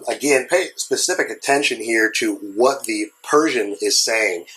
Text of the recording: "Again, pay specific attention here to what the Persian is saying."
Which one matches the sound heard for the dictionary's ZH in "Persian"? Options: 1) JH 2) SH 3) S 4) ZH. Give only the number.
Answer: 4